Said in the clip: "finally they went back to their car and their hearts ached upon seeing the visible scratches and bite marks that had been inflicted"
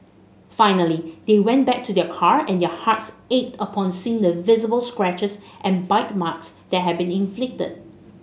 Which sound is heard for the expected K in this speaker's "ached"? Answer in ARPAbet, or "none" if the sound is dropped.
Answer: none